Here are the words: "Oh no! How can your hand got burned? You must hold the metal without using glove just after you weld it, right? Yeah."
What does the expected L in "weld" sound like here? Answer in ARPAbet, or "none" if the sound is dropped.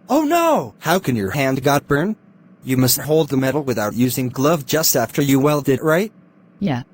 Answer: L